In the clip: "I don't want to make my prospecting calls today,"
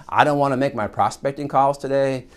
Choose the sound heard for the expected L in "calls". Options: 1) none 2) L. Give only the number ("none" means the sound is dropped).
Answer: 2